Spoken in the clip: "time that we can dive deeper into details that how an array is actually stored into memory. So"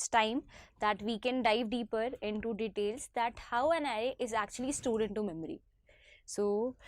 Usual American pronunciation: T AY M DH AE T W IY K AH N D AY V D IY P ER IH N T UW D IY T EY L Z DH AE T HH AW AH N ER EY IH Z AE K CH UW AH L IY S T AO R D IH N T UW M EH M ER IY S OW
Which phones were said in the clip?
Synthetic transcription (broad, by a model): T AY M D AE T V IY K AH N D AY V D IY P ER IH N T UW D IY T EY L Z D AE T HH AW AH N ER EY IH Z AE K CH UW AH L IY S T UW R D IH N T UW M EH M ER IY S OW